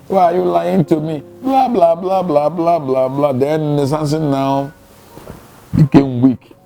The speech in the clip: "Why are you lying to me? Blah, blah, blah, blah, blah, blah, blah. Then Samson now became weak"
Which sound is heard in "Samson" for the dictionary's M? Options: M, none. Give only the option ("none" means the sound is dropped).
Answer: none